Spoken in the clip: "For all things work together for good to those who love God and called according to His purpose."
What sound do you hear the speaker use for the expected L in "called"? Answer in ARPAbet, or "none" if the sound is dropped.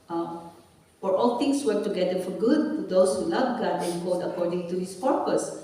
none